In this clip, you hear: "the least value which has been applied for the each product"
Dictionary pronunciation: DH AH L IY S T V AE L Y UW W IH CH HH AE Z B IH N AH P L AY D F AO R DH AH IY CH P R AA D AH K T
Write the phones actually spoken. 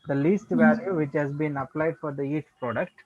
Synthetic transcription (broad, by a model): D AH L IY S T V AE L Y UW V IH CH HH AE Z B IH N AH P L AY D F AO R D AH IY CH P R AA D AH K T